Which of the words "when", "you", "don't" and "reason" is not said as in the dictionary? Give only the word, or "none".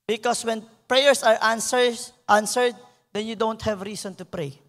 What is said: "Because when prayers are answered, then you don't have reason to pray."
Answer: reason